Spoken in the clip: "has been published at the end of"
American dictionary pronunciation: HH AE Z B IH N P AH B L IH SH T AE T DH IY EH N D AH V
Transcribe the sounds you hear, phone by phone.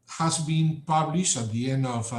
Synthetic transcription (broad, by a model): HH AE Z B IH N P AH B L IH SH T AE T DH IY EH N D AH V